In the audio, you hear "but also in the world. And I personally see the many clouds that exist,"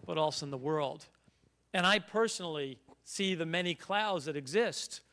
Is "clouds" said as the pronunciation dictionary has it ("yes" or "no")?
yes